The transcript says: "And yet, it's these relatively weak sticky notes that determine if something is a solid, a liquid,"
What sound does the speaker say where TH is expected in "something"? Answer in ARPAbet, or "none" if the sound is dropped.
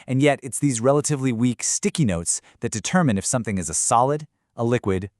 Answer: TH